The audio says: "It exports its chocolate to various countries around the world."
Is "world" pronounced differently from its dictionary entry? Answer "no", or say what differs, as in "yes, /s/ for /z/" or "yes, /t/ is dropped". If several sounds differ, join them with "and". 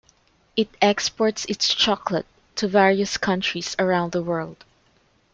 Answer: no